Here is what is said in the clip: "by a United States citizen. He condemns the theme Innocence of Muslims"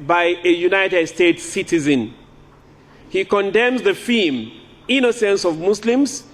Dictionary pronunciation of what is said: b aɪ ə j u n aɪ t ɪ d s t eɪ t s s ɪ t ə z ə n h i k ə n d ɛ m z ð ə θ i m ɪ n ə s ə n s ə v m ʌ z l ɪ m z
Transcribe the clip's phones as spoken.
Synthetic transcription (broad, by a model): b aɪ ə j u n aɪ t ɪ d s t eɪ t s s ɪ t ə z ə n h i k ə n d ɛ m z ð ə f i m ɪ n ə s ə n s ə v m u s l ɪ m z